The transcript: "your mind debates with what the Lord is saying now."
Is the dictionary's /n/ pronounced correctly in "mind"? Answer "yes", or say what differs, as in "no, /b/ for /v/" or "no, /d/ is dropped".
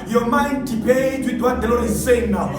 yes